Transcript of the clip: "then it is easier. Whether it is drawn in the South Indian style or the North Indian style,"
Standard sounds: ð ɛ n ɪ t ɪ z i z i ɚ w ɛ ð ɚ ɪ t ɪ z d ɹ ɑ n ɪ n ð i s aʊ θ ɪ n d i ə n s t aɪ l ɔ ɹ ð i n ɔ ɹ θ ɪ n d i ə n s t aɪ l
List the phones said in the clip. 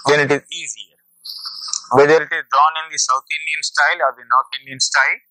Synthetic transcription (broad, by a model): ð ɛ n ɪ t ɪ z i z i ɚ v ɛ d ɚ ɪ t ɪ z d ɹ ɑ n ɪ n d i s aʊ t ɪ n d i ə n s t aɪ l ɔ ɹ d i n ɔ ɹ t ɪ n d i ə n s t aɪ l